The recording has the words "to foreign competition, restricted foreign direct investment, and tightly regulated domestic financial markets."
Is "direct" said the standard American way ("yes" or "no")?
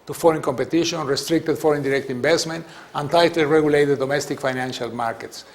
yes